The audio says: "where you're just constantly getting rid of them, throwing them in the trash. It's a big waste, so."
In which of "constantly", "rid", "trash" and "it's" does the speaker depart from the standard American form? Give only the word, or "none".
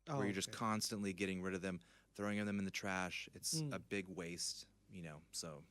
none